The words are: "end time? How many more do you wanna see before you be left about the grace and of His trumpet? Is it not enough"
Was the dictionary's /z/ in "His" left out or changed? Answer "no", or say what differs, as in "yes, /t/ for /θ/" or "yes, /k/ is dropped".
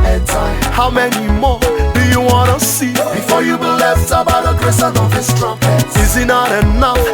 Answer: yes, /s/ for /z/